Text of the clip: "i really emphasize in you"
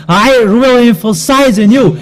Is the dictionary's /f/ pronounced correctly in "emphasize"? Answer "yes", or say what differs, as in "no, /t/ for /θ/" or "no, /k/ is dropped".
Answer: yes